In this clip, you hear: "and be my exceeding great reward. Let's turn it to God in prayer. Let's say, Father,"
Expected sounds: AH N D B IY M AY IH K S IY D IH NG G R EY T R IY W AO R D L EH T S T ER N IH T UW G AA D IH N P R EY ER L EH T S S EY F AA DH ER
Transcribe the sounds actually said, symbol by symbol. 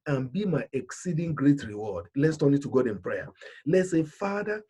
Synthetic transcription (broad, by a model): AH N B IY M AY IH K S IY D IH NG G R EY T R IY W AO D L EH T S T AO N IH T UW G AA D IH N P R EY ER L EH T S S EY F AA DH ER